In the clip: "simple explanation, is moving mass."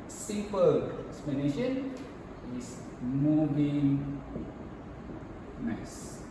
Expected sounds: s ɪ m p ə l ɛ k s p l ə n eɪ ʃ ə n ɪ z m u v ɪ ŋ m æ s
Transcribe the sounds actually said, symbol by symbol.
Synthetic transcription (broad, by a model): s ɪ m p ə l ɛ k s p l ə n eɪ ʃ ə n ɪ s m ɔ b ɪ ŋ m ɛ s